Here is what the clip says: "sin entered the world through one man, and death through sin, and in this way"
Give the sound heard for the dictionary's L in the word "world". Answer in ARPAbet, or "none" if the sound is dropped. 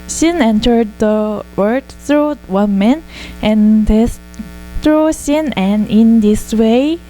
none